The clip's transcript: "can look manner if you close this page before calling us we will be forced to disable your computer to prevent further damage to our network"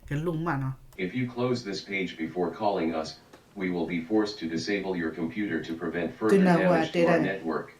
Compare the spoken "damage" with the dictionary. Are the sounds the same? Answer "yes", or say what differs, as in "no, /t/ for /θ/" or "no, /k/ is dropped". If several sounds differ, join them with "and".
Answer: no, /m/ is dropped